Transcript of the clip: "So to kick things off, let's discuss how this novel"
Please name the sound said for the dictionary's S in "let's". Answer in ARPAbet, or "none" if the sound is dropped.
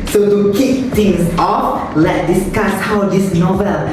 none